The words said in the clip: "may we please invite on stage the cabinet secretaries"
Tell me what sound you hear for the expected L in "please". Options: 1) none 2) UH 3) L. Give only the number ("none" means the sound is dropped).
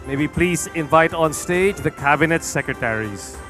3